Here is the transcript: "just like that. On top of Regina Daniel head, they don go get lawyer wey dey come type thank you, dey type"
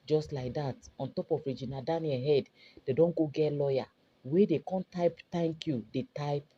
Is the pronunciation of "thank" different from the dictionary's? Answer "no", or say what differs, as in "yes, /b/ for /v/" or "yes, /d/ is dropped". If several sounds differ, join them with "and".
yes, /t/ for /θ/